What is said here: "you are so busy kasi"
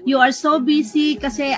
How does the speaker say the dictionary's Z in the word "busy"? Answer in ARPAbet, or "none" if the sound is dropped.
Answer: S